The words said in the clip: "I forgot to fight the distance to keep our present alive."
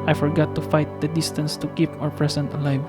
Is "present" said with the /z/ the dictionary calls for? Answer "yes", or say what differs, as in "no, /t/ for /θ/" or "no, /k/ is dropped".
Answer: no, /s/ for /z/